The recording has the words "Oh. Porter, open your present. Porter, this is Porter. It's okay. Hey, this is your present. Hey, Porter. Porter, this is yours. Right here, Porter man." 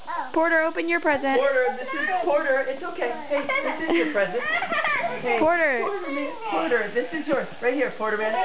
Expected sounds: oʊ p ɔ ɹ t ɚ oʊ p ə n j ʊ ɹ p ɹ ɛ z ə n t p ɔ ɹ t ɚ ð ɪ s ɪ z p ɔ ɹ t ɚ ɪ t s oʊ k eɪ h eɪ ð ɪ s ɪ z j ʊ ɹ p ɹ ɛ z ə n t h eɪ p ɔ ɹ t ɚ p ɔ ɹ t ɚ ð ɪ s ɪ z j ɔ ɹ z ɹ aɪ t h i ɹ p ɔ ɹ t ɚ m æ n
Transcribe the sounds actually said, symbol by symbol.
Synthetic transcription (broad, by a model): p ɔ ɹ t ɚ oʊ p ə n j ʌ ɹ p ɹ ɛ z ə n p ɔ ɹ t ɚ ð ɪ s ɪ z p ɔ ɹ t ɚ ɪ t s oʊ k eɪ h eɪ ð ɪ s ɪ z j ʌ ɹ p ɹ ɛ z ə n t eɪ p ɔ ɹ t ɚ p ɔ ɹ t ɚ ð ɪ s ɪ z j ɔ ɹ ɹ aɪ t h i ɹ p ɔ ɹ t ɚ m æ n